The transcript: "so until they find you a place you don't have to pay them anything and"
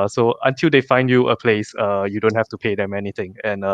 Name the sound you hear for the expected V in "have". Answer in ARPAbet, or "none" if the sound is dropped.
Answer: F